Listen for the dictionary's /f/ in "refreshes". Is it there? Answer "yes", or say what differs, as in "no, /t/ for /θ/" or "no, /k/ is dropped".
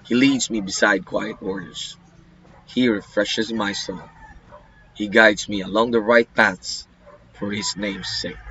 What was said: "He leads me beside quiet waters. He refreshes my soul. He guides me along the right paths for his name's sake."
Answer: yes